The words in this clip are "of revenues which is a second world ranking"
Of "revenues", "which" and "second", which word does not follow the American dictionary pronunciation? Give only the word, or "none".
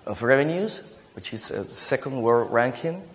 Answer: none